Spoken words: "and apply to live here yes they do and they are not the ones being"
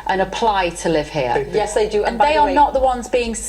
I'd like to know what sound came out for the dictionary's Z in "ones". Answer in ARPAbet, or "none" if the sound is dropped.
Z